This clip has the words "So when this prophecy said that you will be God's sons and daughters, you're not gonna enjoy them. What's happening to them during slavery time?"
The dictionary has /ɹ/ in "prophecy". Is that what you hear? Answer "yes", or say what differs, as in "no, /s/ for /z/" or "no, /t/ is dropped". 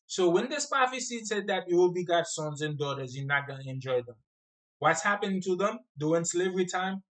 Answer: no, /ɹ/ is dropped